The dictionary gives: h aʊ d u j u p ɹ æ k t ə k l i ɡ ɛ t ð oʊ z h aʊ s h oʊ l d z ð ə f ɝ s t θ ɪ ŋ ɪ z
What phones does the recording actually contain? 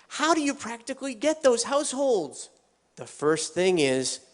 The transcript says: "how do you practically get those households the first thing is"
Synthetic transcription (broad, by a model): h aʊ d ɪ j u p ɹ æ k t ə k l i ɡ ɛ t ð oʊ z h aʊ s h oʊ l d z ð ə f ɝ s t θ ɪ ŋ ɪ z